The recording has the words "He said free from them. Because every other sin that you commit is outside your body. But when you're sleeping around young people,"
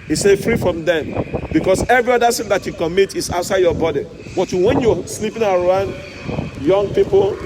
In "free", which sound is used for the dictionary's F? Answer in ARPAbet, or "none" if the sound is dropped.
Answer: F